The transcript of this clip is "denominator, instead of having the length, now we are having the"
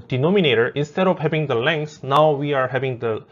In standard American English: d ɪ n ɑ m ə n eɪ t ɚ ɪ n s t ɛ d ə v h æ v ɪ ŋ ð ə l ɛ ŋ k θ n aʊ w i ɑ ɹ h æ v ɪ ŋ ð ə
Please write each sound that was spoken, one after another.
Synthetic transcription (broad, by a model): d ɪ n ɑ m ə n eɪ t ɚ ɪ n s t ɛ d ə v h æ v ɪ ŋ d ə l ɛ ŋ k s n aʊ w i ɑ ɹ h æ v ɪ ŋ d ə